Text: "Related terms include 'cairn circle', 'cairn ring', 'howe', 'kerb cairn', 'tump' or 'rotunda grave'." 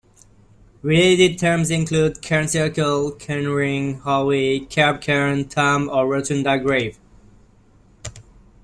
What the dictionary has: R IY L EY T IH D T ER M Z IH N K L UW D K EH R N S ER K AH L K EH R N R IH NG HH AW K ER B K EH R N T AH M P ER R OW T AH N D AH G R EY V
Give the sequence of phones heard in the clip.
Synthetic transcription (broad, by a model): R IY L EY T IH D T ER M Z IH N K L UW D K EH R N S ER K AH L K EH N R IH NG HH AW K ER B K EH R N T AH M ER R OW T AH N D AH G R EY V